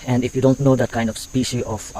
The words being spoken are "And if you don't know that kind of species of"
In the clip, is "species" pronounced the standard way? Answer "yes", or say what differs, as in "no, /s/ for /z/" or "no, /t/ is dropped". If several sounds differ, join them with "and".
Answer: no, /z/ is dropped